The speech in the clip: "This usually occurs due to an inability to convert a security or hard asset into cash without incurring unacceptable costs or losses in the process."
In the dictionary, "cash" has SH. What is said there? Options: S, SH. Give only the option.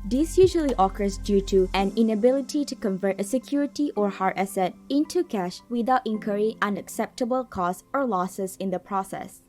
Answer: SH